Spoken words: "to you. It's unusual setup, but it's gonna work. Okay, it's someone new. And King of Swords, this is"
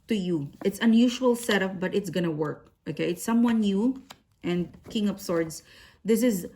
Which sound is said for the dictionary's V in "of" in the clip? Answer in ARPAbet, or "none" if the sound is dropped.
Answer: P